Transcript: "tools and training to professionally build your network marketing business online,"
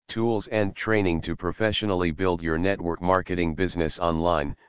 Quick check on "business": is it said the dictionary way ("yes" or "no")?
yes